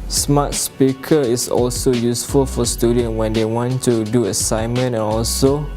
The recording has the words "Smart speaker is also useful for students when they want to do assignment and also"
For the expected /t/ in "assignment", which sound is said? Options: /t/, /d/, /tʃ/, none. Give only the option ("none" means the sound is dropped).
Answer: none